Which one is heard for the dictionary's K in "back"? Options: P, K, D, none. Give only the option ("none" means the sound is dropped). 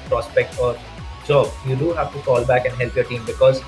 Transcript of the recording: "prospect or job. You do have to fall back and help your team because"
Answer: K